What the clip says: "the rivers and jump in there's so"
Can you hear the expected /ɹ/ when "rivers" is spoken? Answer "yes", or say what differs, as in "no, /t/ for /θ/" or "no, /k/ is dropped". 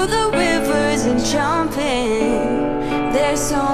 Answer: no, /w/ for /ɹ/